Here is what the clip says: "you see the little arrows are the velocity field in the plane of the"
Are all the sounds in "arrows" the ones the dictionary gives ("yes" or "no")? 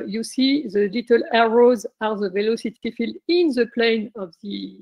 yes